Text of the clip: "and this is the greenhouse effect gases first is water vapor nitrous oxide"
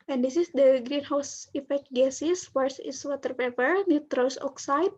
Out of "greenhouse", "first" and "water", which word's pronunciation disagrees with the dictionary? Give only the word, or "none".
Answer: first